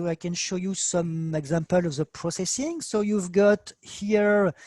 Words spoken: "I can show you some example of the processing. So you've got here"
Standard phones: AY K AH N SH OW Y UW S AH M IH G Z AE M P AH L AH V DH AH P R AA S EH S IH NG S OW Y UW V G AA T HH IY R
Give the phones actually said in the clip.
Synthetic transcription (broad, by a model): AY K AH N SH OW Y UW S AH M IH G Z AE M P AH L AH V DH AH P R AA S EH S IH NG S OW Y UW V G AA T HH IY R